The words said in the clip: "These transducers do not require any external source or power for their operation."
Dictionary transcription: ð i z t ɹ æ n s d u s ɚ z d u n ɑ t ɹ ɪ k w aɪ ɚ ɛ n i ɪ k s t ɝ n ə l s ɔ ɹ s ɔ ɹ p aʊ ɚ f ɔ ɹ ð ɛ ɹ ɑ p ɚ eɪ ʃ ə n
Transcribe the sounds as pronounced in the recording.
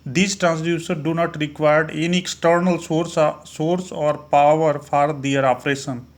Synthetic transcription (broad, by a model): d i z t ɹ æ n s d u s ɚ d u n ɑ t ɹ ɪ k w aɪ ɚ ɛ n i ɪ k s t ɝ n ə l s ɔ ɹ s ɔ ɹ p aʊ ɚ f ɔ ɹ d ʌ ɹ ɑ p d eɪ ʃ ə n